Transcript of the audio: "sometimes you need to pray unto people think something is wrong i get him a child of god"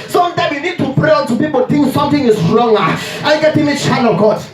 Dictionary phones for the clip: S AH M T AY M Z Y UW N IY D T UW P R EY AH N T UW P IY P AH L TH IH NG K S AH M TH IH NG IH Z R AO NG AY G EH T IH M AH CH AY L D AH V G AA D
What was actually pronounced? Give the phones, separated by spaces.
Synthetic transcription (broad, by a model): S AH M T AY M Y UW N IY D T UW P R EY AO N T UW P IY P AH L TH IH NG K S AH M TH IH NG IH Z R AO NG AY G EH T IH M AH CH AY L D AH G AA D